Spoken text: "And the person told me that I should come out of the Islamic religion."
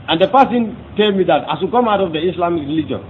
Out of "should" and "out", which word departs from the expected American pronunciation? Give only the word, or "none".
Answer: should